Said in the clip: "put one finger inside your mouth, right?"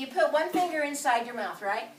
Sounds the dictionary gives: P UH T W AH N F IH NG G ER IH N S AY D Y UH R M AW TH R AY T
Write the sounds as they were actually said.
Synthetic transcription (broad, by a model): P UH T W AH N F IH NG G ER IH N S AY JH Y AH R M AW TH R AY T